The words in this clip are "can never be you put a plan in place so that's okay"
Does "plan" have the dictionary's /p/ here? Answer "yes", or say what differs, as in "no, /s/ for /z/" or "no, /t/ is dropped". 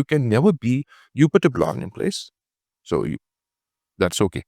no, /b/ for /p/